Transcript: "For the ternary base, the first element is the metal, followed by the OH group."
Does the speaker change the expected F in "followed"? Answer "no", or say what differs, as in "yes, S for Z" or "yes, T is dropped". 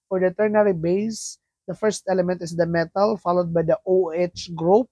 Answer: no